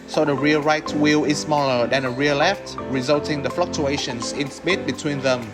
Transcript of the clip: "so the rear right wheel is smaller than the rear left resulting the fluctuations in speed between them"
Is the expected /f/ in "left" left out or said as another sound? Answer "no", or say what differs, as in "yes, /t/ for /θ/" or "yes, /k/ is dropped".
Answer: no